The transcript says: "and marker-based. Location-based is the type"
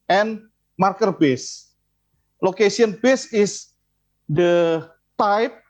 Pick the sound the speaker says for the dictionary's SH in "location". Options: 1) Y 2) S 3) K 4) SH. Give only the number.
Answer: 2